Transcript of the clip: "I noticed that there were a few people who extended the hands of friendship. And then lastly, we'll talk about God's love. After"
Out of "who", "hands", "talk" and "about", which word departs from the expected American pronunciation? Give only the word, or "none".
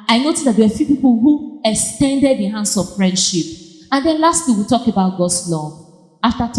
hands